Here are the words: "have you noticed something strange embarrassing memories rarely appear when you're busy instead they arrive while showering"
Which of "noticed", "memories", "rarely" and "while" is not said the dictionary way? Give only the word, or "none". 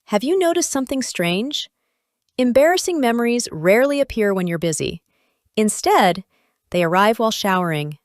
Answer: none